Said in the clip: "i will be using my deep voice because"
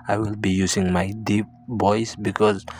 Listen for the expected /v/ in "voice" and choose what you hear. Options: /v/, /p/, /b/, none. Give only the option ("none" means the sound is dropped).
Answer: /b/